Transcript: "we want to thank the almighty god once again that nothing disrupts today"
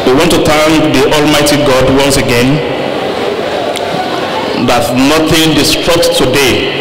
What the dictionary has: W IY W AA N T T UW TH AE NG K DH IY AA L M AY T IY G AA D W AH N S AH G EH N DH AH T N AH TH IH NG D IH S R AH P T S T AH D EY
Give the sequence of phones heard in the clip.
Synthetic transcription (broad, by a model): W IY W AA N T T UW T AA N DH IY AA L M AY T IY G AA D W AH N S AH G EH N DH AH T N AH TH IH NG D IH S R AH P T T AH D EY